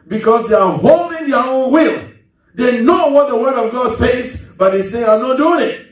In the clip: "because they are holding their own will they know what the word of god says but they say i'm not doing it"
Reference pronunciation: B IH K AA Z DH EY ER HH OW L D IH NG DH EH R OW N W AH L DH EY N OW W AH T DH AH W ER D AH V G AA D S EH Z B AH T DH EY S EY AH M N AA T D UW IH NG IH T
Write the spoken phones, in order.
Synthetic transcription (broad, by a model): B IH K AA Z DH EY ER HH OW L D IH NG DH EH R OW N W AH L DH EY N OW W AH T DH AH W ER D AH V G AA D S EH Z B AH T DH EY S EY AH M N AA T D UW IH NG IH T